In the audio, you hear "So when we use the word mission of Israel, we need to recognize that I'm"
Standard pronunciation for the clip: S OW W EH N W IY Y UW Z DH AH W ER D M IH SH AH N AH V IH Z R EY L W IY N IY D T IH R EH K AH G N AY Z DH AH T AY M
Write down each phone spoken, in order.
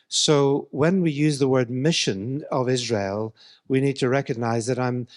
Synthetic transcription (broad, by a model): S OW W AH N W IY Y UW Z DH AH W ER D M IH SH AH N AH V IH Z R EY L W IY N IY D T IH R EH K AH G N AY Z DH AH T AY M